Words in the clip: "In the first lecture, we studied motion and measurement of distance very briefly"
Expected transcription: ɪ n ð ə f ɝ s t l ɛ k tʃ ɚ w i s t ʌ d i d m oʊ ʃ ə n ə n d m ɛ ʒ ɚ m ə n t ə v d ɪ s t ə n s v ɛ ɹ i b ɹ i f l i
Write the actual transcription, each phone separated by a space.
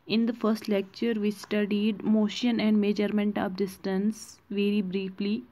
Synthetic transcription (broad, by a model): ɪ n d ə f ɝ s t l ɛ k tʃ ɚ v i s t ʌ d i d m oʊ ʃ ə n ə n d m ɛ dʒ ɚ m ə n t ə v d ɪ s t ə n s v ɛ ɹ i b ɹ i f l i